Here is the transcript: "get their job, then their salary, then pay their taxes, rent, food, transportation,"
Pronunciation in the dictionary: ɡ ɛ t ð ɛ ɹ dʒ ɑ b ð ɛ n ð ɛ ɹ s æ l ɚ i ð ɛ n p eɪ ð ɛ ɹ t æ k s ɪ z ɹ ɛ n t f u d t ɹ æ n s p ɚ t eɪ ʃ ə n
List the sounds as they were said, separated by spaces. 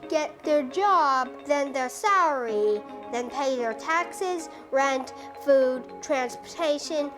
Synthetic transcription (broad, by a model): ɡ ɛ t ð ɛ ɹ dʒ ɑ b ð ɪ n ð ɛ ɹ s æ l ɚ i ð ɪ n p eɪ ð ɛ ɹ t æ k s ɪ z ɹ ɛ n t f u d t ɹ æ n s p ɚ t eɪ ʃ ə n